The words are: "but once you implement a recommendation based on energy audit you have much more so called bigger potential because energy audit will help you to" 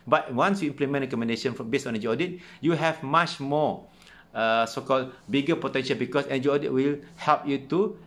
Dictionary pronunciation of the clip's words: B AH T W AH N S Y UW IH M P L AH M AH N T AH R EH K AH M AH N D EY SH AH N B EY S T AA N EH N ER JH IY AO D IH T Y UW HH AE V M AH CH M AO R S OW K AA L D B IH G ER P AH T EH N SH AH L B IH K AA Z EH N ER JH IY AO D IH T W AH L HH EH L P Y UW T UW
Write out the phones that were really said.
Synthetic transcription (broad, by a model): B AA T W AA N S Y UW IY M P L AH M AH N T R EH K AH M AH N D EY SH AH N B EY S AA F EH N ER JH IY AO D IH T Y UW HH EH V M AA CH M AO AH S OW K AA L B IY G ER P AH T EH N SH AH L B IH K AA S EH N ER JH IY AO D IH T W AH L HH EH L P Y UW T UW